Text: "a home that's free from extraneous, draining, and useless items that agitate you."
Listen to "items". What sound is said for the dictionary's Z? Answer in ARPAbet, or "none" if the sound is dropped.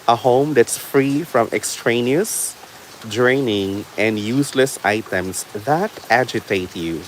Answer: S